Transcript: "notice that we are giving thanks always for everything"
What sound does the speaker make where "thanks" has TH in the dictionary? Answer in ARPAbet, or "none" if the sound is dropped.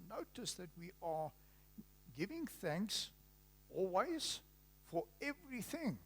TH